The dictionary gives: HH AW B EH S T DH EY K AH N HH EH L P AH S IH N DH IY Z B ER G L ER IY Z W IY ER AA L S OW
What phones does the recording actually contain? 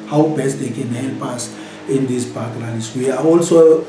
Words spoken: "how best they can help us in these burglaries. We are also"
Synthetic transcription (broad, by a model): HH AW B EH S T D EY K AH N HH EH L P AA S IH N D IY S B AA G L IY S W IY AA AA L S OW